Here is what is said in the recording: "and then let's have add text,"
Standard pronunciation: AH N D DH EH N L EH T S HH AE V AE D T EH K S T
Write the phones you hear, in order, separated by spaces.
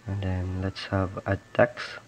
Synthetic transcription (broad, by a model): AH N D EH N L EH T S HH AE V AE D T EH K S